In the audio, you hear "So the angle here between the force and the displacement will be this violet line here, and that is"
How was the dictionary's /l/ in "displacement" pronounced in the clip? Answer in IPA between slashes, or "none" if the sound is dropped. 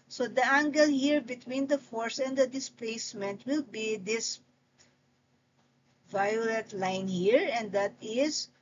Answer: /l/